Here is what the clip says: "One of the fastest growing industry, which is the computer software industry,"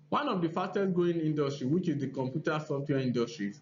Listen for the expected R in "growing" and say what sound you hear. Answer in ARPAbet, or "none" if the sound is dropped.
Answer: none